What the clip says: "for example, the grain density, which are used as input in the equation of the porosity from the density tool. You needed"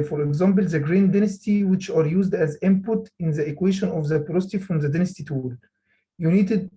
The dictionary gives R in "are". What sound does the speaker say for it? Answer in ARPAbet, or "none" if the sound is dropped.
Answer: R